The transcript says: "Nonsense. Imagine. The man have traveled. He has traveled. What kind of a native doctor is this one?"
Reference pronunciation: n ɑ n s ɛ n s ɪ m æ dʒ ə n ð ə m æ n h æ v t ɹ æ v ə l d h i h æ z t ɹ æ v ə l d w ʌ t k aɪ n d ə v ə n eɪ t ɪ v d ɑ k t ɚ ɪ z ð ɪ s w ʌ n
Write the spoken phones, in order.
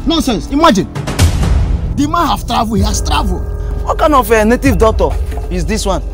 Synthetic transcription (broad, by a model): n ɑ n s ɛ n s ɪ m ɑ dʒ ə n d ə m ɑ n h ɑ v t ɹ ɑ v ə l h i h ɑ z t ɹ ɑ v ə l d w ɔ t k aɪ n ə f ə n eɪ t ɪ v d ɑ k t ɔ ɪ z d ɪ s w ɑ n